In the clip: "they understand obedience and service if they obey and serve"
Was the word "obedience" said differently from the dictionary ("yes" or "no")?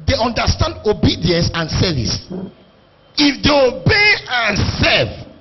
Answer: no